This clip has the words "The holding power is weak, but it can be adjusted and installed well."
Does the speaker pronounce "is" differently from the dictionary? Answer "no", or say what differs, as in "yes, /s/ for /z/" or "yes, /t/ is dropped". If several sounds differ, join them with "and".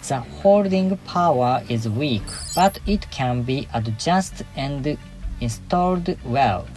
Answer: no